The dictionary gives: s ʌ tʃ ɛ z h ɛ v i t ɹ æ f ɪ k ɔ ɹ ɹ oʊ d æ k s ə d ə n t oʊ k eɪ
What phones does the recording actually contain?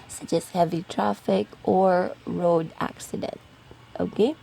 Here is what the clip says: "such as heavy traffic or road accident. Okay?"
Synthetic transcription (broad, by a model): s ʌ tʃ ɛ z h ɛ v i t ɹ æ f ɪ k ɔ ɹ ɹ oʊ d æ k s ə d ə n t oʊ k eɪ